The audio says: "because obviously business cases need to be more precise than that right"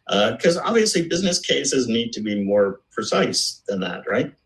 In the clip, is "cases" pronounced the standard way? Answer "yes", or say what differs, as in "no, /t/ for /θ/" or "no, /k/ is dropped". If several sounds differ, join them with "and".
yes